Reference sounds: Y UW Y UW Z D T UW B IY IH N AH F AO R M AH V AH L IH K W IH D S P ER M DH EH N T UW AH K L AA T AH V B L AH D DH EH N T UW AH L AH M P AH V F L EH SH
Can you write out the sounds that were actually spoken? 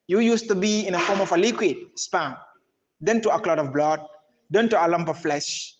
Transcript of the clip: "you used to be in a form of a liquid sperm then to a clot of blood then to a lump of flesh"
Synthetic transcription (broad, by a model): Y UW Y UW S T UW B IY IH N AH F AO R M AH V AH L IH K W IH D S P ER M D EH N T UW AH K L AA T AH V B L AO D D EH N T UW AH L AH M P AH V F L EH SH